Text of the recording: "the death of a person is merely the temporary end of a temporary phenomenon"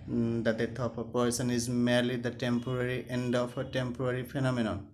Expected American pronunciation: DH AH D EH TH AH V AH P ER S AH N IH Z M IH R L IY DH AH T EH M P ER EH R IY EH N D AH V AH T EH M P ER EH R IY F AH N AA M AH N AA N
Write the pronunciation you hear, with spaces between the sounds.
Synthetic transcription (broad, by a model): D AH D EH T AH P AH P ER S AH N IH Z M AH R L IY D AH T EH M P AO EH R IY EH N D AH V AH T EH M P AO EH R IY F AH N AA M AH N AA N